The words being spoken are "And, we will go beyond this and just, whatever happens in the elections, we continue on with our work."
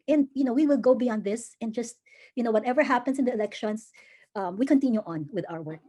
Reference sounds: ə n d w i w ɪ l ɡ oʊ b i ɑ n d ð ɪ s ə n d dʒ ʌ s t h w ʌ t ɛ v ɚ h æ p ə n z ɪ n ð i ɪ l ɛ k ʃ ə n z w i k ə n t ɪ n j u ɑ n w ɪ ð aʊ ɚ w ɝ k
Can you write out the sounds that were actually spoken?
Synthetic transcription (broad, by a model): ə n d w i w ɪ l ɡ oʊ b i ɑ n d ð ɪ s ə n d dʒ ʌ s t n w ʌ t ɛ v ɚ h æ p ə n s ɪ n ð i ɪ l ɛ k ʃ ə n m w i k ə n t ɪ n j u ɑ n w ɪ ð aʊ ɚ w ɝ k